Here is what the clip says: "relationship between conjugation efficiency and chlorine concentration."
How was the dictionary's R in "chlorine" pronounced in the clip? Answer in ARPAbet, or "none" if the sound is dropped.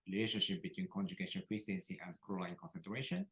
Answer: L